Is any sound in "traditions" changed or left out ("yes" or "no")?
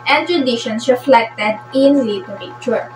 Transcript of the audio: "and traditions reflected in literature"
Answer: yes